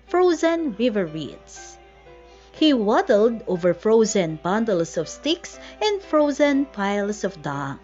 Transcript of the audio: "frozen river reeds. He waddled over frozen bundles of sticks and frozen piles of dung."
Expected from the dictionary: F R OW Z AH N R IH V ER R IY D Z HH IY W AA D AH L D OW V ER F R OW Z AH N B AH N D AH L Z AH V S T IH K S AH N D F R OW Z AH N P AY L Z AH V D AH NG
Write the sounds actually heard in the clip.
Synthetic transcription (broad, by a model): F R OW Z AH N R IH V ER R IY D S HH IY W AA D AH L D OW V ER F R OW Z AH N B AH N D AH L S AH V S T IH K S AH N D F R OW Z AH N P AY L S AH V D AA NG